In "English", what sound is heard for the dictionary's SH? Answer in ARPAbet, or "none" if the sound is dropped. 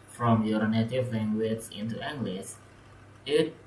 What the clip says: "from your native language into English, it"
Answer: S